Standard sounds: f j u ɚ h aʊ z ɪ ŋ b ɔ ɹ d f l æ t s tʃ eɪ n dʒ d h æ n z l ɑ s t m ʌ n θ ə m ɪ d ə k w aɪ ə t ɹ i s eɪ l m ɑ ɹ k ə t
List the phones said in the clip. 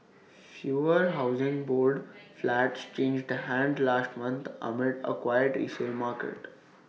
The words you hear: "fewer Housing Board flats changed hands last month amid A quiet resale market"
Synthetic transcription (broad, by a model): f j u ɚ h aʊ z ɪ ŋ b ɔ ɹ d f l æ t s tʃ eɪ n dʒ d h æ n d l ɑ s t m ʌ n t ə m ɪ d ə k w aɪ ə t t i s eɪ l m ɑ ɹ k ə t